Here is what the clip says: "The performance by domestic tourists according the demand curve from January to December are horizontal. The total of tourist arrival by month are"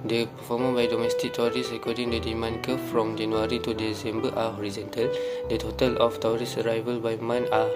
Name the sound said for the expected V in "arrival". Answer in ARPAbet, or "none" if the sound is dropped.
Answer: V